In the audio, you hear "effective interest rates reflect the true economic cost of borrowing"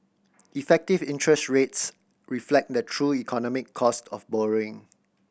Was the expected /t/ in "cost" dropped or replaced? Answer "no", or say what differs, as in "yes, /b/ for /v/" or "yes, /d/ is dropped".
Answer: no